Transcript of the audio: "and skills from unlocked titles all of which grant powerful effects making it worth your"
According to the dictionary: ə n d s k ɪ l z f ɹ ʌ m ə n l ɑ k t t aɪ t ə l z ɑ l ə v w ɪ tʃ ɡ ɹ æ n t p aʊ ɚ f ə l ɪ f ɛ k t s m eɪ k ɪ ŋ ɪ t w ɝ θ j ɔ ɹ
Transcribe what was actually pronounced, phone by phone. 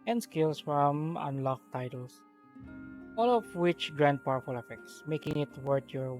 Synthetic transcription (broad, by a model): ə n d s k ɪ l s f ɹ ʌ m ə n l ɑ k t t aɪ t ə l s ɑ l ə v w ɪ tʃ ɡ ɹ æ n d p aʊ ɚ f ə l ɪ f ɛ k t s m eɪ k ɪ ŋ ɪ t w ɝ t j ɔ ɹ